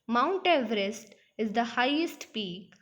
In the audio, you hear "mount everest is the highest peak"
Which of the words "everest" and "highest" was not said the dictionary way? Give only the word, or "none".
none